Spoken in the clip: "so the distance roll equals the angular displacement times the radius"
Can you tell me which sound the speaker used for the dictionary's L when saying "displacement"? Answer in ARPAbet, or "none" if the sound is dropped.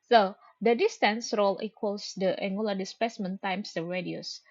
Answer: none